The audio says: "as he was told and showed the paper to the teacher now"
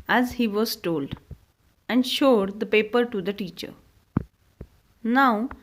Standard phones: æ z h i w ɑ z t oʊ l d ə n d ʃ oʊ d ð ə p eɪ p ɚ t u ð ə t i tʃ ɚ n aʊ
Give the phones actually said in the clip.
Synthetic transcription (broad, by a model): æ z h i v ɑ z t oʊ l d ə n d ʃ oʊ d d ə p eɪ p ɚ t u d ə t i tʃ ɚ n aʊ